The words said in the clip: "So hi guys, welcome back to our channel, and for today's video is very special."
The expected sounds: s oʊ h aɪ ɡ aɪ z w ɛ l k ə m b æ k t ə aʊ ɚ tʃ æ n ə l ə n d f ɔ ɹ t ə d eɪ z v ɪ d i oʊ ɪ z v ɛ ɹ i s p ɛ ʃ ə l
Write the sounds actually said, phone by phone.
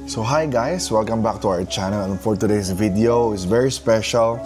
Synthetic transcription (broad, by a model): s oʊ h aɪ ɡ aɪ s w ɛ l k ə m b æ k t ə aʊ ɚ tʃ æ n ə l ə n f ɔ ɹ t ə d eɪ s v ɪ d i oʊ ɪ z v ɛ ɹ i s p ɛ ʃ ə l